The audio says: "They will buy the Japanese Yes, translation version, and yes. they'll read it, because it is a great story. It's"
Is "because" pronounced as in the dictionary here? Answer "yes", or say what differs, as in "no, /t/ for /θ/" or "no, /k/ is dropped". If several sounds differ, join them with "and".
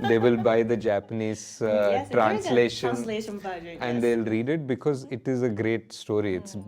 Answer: yes